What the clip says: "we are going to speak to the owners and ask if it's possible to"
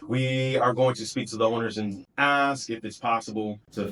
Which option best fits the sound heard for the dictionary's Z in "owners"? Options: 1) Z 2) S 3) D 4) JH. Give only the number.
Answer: 1